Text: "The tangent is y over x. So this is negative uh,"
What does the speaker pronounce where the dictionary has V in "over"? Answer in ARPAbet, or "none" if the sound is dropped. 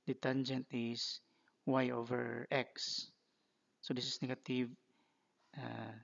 V